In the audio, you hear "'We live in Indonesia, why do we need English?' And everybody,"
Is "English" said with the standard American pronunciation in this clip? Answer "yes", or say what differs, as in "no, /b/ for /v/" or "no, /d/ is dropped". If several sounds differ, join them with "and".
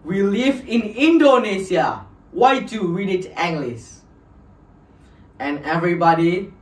no, /s/ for /ʃ/